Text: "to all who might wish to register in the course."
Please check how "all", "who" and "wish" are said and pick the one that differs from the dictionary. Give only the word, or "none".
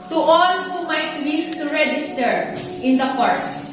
wish